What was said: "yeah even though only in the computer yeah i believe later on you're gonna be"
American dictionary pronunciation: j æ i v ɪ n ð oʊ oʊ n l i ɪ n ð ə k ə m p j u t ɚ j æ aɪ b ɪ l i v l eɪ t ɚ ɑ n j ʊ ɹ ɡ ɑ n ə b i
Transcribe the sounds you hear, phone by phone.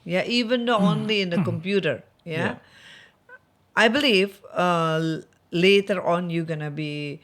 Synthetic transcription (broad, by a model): j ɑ i v ɪ n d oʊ oʊ n l i ɪ n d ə k ə m p j u t ɚ j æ aɪ b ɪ l i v l eɪ t ɚ ɑ n j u ɡ ɑ n ə b i